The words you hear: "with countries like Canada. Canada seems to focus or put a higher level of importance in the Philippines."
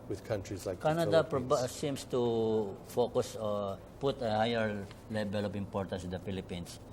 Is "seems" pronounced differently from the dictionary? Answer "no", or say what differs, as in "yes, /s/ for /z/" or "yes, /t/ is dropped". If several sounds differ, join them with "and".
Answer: yes, /s/ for /z/